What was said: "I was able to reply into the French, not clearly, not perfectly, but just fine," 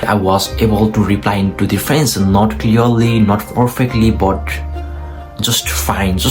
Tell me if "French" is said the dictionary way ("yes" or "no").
no